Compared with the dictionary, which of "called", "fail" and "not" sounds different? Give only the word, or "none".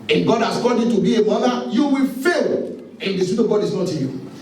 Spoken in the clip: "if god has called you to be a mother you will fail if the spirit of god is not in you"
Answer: called